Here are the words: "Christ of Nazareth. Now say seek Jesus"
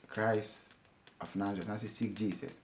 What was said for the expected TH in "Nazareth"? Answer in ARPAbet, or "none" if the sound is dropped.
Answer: S